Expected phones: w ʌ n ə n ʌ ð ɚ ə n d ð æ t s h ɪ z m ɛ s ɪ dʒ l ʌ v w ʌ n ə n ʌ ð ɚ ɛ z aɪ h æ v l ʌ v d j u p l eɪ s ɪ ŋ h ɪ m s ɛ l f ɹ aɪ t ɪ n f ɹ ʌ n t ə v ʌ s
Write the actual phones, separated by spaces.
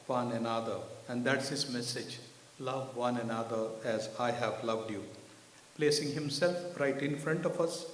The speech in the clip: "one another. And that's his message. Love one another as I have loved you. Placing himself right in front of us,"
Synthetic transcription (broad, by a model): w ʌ n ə n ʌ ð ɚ ə n d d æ t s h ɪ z m ɛ s ɪ dʒ l ʌ v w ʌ n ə n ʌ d ɚ ɛ z aɪ h æ v l ʌ v d j u p l eɪ s ɪ ŋ h ɪ m s ɛ l f ɹ aɪ t ɪ n f ɹ ʌ n t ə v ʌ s